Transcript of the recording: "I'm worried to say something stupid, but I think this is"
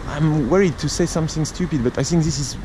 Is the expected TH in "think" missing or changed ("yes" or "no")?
no